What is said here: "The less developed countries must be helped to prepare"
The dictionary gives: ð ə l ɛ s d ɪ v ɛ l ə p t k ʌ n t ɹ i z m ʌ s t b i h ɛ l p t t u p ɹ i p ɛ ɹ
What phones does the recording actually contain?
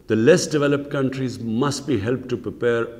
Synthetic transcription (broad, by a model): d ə l ɛ s d ɪ v ɛ l ə p t k ʌ n t ɹ i z m ʌ s t b i h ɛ l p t t u p ɹ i p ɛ ɹ